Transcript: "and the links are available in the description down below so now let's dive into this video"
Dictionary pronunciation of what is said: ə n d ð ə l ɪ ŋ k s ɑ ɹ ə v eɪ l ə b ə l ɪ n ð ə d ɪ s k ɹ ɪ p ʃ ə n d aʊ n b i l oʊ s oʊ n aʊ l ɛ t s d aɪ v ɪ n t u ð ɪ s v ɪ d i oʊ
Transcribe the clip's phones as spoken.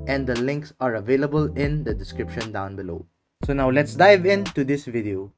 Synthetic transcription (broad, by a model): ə n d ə l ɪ ŋ k s ɑ ɹ ə v eɪ l ə b ə l ɪ n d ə d ɪ s k ɹ ɪ p ʃ ə n d aʊ n b i l oʊ s oʊ n aʊ l ɛ t s d aɪ v ɪ n t u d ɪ s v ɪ d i oʊ